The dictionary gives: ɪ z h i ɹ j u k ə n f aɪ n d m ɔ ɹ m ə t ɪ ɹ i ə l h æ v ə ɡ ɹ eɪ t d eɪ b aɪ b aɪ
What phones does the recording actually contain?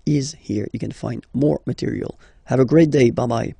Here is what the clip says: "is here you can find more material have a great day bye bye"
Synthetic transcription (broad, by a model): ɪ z h i ɹ j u k ə n f aɪ n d m ɔ ɹ m ə t ɪ ɹ i ə l h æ v ə ɡ ɹ eɪ t d eɪ b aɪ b aɪ